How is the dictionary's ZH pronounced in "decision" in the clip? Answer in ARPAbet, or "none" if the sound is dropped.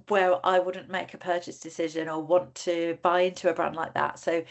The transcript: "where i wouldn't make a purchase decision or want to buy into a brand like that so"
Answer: ZH